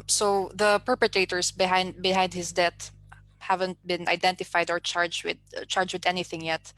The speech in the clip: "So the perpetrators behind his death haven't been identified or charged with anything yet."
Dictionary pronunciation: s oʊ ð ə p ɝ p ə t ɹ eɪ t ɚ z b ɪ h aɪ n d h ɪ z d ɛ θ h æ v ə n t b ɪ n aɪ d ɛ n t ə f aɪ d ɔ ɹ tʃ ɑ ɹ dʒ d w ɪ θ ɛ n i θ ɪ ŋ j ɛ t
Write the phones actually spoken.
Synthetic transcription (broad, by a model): s oʊ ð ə p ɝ p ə t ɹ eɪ t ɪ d b ɪ h aɪ n d h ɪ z d ɛ t h æ v ə n t b ɪ n aɪ d ɛ n t ə f aɪ d ɔ ɹ tʃ ɑ ɹ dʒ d w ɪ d ɛ n i θ ɪ ŋ j ɛ t